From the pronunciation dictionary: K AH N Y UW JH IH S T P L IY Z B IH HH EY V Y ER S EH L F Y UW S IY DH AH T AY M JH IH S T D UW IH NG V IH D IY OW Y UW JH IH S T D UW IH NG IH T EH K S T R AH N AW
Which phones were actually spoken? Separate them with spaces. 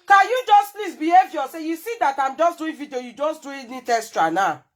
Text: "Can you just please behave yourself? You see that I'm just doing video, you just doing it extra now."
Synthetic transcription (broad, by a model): K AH N Y UW JH IH S T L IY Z B IH HH EY V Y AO S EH Y UW S IY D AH T AY M JH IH S D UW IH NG V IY D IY OW Y UW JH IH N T D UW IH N IH T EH S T R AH N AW